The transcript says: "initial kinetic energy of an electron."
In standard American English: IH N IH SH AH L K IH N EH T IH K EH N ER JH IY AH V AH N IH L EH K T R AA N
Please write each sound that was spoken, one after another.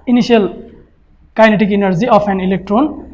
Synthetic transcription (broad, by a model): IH N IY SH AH L K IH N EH T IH K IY N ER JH IY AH P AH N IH L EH K T R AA N